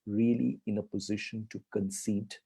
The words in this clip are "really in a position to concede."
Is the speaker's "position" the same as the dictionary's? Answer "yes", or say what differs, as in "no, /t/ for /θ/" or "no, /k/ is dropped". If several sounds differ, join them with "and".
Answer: yes